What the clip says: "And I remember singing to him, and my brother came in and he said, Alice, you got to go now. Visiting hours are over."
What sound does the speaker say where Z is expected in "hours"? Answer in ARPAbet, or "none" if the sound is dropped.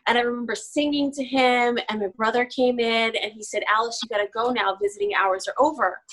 Z